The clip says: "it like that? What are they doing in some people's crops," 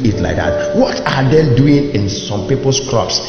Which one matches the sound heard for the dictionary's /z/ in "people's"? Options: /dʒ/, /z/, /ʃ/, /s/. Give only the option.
/s/